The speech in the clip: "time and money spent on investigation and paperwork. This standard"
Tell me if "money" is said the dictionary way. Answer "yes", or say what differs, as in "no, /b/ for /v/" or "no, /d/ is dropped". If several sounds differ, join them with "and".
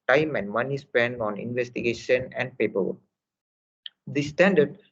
yes